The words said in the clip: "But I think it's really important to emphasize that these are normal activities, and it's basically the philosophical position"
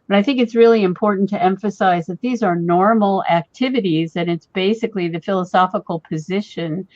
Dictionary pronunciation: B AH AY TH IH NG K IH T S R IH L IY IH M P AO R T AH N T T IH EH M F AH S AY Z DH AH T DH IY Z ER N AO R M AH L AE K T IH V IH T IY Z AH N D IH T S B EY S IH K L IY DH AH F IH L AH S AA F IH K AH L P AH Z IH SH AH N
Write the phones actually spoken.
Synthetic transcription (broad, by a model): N AY TH IH NG K IH T S R IH L IY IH M P AO R T N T T IH EH M F AH S AY Z DH AH T DH IY Z ER N AO R M L AE K T IH V IH T IY Z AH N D IH T S B EY S IH K L IY DH AH F IH L AH S AA F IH K L P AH Z IH SH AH N